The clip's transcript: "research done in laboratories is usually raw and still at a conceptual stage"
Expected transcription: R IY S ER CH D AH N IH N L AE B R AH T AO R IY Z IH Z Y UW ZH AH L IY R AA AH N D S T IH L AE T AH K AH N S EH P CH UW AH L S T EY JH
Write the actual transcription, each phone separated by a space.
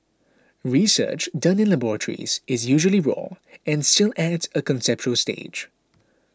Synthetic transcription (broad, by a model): R IY S ER CH D AH N IH N L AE B R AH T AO R IY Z IH Z Y UW ZH AH L IY R AA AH N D S T IH L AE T AH K AH N S EH P CH UW AH L S T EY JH